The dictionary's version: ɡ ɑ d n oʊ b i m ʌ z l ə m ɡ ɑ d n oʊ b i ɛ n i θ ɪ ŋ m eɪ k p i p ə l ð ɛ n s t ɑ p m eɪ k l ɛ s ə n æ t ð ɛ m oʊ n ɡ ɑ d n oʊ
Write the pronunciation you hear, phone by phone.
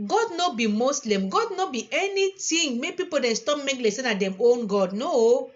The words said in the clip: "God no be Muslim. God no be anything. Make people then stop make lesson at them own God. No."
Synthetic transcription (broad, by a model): ɡ ɑ d n oʊ b i m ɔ s l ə m ɡ ɑ d n oʊ b i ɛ n i t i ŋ m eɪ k p i p ə l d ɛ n s t ɑ p m eɪ k l ɛ s ə n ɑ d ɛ m oʊ n ɡ ɑ d n oʊ